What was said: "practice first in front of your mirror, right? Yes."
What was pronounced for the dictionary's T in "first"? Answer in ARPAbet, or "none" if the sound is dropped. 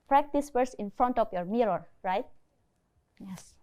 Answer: none